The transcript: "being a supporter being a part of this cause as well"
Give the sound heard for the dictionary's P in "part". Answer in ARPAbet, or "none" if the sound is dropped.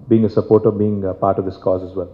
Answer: P